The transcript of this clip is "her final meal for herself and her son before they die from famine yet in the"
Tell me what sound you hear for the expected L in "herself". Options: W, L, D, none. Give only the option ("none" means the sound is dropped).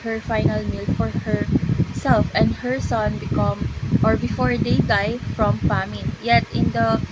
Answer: L